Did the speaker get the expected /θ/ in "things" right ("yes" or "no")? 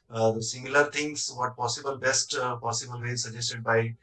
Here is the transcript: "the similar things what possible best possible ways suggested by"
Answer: no